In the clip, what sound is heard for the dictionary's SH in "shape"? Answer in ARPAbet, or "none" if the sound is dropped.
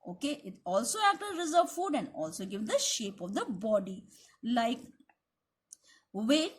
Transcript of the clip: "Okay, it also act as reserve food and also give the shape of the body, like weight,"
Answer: SH